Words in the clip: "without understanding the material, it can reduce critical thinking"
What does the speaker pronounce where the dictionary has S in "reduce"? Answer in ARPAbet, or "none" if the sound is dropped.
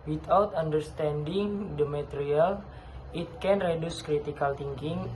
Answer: S